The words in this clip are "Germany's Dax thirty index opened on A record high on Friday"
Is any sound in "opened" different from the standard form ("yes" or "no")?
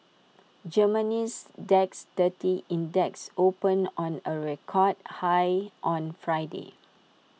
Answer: yes